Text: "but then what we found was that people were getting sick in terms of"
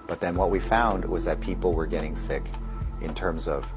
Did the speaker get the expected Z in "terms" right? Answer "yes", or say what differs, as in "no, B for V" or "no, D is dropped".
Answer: yes